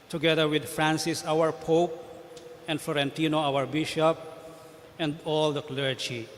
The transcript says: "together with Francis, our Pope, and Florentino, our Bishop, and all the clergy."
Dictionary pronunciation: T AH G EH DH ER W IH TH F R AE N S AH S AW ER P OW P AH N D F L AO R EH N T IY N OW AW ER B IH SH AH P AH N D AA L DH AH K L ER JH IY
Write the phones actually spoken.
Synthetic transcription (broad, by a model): T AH G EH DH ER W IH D F R AE N S AH S AW ER P OW P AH N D F L AO R EH N T IY N OW AW ER B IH SH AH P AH N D AA L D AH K L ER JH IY